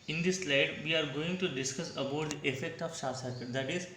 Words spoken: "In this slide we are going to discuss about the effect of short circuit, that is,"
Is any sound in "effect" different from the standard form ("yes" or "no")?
no